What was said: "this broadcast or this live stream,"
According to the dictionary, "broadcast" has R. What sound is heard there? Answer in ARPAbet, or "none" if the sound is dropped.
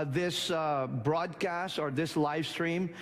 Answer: R